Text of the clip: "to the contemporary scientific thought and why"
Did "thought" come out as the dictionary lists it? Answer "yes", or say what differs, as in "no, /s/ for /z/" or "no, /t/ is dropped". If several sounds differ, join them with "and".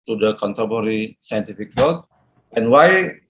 no, /s/ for /θ/